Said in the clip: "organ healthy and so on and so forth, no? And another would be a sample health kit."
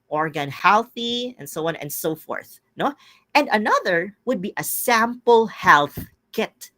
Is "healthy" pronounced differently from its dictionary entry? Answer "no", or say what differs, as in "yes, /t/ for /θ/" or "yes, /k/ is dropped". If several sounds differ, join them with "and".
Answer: no